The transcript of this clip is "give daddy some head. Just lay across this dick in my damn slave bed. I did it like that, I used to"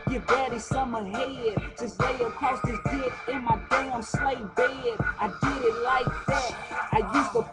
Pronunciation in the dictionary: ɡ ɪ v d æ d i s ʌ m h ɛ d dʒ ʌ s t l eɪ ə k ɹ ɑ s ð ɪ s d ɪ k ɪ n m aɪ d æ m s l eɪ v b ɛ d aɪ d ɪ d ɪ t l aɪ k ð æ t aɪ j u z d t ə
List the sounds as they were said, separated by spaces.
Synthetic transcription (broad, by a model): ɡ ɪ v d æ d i s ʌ m h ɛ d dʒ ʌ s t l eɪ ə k ɑ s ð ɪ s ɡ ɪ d ɪ n m aɪ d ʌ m s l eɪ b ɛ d aɪ d ɪ d ɪ t l aɪ k ð æ t aɪ j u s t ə